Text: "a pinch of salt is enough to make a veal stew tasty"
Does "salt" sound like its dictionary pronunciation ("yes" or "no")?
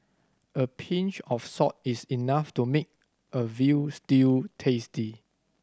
no